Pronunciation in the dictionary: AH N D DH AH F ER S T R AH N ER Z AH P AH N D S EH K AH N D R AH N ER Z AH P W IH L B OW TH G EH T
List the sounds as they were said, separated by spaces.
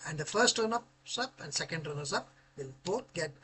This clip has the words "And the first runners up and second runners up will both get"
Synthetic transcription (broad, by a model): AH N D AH F ER S T R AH N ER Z AH P AH N D S EH K AH N D R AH N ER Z AH P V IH L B OW T G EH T